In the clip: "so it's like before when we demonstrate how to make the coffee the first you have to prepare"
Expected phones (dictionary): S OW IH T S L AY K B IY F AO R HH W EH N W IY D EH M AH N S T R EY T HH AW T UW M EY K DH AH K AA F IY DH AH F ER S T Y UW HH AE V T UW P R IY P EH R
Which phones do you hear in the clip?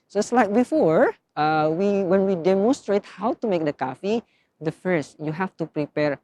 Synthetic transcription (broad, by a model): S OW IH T S L AY K B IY F AO R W W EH N W IY D EH M AH N S T R EY T HH AW T UW M EY K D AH K AA F IY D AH F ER S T Y UW HH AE F T UW P R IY P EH R